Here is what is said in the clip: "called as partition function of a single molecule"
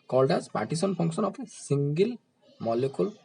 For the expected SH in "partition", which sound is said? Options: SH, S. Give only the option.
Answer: S